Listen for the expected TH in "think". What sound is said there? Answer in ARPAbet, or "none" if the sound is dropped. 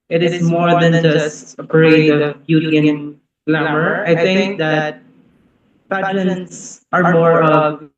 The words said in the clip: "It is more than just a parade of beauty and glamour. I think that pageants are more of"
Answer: T